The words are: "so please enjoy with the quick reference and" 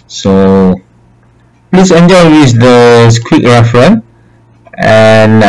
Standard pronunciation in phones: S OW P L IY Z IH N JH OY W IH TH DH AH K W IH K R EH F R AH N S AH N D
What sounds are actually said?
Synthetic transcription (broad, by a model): S OW P L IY S IH N JH OY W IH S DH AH K W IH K R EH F R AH N AH N